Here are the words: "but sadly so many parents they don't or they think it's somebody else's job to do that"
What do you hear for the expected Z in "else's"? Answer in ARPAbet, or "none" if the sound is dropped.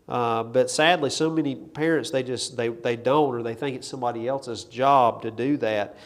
Z